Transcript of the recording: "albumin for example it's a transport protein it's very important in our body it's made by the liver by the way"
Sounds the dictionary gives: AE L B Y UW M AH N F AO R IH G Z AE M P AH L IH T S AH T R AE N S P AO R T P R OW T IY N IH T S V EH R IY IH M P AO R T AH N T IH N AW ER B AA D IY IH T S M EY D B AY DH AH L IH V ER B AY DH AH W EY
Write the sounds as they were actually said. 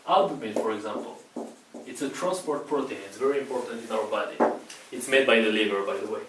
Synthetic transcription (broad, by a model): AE L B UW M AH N F AO R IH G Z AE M P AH L IH T S AH T R AE N S P AO R T P R OW T IY N IH T S V EH R IY IH M P AO R T AH N T IH N AW ER B AA D IY IH T S M EY D B AY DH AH L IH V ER B AY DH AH W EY